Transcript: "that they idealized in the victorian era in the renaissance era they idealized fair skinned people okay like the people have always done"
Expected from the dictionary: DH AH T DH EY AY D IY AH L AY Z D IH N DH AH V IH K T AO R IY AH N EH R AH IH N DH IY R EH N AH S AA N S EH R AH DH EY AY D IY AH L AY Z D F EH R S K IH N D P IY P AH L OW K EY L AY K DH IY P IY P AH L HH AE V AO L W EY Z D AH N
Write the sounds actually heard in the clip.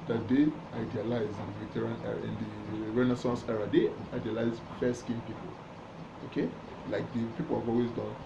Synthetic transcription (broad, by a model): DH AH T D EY AY D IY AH L AY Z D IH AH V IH T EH R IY N EH R AH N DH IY R EH N AH S AA N S EH R AH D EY AY D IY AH L AY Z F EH S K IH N P IY P AH L OW K EY L AY K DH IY P IY P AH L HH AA V AO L W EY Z D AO N